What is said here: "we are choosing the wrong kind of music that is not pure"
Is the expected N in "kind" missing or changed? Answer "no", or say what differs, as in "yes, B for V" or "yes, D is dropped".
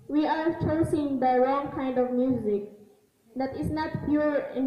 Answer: no